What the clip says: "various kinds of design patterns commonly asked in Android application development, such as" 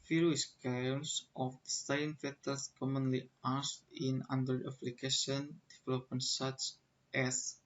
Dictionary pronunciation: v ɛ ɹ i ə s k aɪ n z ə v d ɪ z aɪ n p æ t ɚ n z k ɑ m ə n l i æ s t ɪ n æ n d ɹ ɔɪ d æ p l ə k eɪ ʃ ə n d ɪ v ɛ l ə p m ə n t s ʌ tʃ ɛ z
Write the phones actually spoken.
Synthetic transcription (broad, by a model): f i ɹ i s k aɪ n s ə f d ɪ s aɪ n f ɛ t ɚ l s k ɑ m ə n l i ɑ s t ɪ n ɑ n d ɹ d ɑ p l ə k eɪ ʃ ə n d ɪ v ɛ l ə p m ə n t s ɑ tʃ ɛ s